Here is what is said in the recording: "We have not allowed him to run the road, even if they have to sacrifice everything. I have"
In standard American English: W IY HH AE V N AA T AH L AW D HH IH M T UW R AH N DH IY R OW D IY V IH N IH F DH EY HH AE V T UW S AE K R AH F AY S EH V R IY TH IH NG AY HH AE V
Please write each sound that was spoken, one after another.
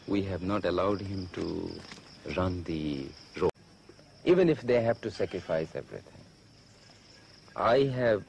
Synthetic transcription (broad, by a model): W IY HH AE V N AA T AH L AW D HH IH M T UW R AH N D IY R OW IY V IH N IH F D EY HH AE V T UW S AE K R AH F AY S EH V R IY T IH NG AY HH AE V